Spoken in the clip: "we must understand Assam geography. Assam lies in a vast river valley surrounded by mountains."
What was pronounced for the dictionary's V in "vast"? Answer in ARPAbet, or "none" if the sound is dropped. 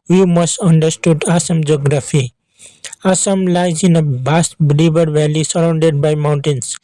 B